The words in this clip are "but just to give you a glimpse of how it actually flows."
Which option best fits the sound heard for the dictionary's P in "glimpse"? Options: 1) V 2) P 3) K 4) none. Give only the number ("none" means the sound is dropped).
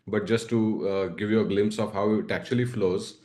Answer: 2